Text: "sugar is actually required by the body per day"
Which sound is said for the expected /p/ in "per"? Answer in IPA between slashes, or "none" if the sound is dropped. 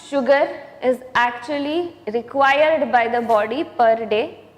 /p/